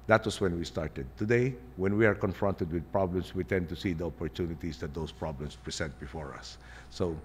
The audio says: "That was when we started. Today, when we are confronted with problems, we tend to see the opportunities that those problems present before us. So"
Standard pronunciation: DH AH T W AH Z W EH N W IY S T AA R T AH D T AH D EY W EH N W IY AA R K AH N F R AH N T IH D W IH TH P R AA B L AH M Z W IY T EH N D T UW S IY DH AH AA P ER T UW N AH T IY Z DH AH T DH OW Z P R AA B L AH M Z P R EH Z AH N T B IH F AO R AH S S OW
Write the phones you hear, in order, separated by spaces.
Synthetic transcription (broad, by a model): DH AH T W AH S W EH N W IY S T AA R T AH D T AH D EY W EH N W IY AA R K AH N F R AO N T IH D W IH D P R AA B L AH M S W IY T EH N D T UW S IY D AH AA P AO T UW N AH T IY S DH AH T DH OW S P R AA B L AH M S P R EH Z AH N T B IH F AO R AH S S OW